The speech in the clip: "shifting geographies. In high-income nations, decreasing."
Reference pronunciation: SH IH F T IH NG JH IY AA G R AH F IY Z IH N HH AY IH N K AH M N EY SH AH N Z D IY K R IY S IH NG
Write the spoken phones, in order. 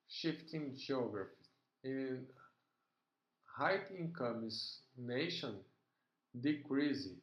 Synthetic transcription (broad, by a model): SH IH F T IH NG JH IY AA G R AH F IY IH N HH AY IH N K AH M N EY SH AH N D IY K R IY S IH